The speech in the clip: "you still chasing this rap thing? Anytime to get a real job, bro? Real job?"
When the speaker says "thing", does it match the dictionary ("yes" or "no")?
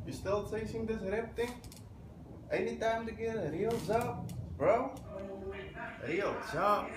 no